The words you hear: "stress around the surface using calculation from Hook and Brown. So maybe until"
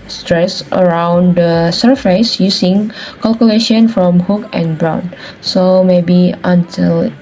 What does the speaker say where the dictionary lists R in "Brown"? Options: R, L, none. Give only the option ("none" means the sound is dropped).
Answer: R